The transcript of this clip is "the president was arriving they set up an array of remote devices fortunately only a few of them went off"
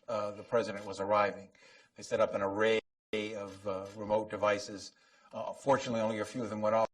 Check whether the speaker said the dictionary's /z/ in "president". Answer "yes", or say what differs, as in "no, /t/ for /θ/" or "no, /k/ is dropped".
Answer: yes